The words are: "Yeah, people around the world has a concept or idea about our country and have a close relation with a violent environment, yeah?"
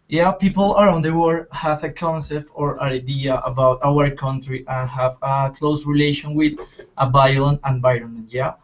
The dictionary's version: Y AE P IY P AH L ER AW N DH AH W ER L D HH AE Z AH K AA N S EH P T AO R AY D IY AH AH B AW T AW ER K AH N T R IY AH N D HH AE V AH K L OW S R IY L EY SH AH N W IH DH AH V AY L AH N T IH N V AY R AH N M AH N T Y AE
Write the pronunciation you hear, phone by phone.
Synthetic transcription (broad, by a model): Y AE P IY P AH L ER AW N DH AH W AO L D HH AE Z AH K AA N S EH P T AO R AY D IY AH AH B AW T AW ER K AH N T R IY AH N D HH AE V AH K L OW S R IY L EY SH AH N W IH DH AH B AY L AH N IH N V AY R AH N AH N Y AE